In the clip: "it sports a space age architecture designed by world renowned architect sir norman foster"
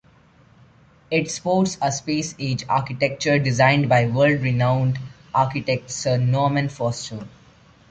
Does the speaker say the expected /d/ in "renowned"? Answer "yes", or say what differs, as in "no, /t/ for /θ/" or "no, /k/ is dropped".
yes